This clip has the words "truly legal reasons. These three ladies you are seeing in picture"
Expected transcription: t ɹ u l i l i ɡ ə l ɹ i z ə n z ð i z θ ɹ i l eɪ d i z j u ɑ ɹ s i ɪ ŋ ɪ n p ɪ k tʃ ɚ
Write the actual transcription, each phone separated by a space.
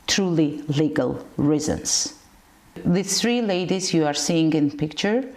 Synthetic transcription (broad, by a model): t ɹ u l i l i ɡ ə l ɹ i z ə n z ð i θ ɹ i l eɪ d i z j u ɑ ɹ s i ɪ ŋ ɪ n p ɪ k tʃ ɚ